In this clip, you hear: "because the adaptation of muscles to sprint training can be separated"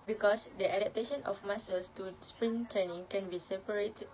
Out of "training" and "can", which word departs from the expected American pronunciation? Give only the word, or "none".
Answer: training